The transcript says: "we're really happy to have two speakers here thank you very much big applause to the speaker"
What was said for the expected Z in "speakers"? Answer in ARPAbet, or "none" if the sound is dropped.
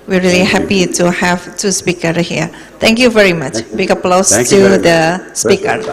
none